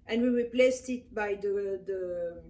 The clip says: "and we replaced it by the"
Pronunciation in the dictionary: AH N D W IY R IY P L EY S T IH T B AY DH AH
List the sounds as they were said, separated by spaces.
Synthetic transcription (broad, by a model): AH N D W IY R IY P L EY S T IH T B AY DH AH